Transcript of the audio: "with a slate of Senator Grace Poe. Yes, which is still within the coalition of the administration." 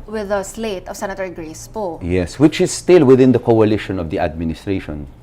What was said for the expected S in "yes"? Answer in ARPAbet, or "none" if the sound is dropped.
S